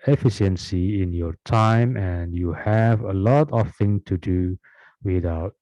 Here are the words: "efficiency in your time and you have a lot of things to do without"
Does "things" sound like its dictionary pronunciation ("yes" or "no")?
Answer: no